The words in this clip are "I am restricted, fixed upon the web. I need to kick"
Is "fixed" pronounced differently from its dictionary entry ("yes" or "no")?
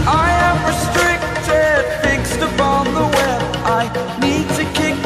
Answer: no